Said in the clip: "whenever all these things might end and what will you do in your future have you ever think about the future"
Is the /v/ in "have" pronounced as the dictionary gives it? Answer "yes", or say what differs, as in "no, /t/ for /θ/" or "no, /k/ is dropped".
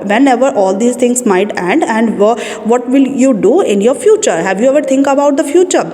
yes